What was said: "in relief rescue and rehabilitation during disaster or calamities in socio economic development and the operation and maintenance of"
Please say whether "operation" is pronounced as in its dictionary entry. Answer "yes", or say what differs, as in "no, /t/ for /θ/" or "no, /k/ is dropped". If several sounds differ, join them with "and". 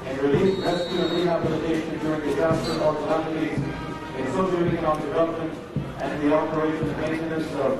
no, /ʃ/ is dropped